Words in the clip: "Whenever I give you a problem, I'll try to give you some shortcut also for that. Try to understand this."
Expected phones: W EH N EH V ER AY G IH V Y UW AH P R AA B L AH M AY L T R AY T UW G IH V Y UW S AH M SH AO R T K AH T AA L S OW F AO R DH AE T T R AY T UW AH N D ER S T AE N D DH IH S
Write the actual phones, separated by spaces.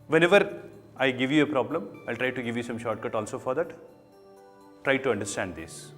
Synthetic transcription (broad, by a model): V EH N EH V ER AY G IH V Y UW AH P R AA B L AH M AY L T R AY T UW G IH V Y UW S AH M SH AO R T K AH T AA L S OW F AO R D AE T T R AY T UW AH N D ER S T AE N D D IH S